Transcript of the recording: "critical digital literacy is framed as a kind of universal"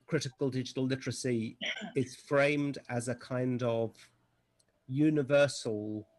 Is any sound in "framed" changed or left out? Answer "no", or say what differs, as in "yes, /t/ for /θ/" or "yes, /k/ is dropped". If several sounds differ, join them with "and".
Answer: no